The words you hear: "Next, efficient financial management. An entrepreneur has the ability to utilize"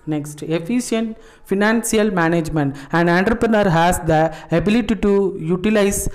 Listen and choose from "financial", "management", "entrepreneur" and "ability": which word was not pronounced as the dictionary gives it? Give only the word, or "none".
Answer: financial